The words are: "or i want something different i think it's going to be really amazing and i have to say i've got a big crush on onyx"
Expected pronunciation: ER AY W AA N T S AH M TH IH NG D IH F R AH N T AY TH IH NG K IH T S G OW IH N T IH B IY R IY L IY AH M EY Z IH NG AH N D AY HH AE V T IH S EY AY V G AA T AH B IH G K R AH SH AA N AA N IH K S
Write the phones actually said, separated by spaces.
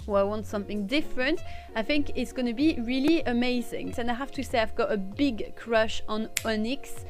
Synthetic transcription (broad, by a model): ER AY W AA N T S AH M TH IH NG D IH F R AH N T AY TH IH NG K IH T S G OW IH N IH B IY R IY L IY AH M EY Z IH NG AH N AY HH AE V T IH S EY AY V G AA T AH B IH G K R AH SH N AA N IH K S